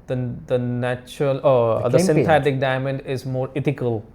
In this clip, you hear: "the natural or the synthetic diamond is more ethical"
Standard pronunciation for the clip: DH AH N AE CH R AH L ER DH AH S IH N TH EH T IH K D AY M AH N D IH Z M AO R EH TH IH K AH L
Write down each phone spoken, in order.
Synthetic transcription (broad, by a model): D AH N AE CH R AH L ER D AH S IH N T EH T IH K D AY M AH N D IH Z M AO R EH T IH K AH L